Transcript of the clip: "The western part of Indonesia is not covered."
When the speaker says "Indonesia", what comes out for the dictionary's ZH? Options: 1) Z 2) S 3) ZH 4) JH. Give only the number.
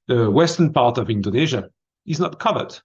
3